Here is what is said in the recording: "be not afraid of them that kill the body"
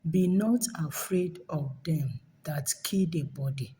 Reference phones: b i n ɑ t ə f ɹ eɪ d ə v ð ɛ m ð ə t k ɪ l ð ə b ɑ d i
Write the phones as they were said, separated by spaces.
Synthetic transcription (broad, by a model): b i n ɑ t ə f ɹ eɪ d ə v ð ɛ m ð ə t k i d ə b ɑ d i